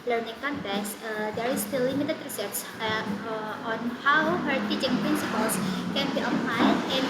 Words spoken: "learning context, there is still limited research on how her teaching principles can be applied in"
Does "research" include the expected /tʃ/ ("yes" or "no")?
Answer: no